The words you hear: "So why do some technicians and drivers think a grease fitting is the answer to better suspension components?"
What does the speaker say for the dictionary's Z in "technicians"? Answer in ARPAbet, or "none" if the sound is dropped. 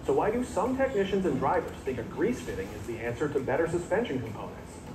Z